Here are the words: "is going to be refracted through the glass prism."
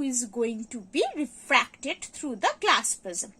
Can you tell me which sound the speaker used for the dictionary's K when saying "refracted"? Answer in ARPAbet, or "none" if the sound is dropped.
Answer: K